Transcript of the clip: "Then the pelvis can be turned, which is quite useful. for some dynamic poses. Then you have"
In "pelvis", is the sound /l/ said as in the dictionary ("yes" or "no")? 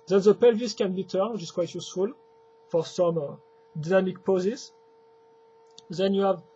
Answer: yes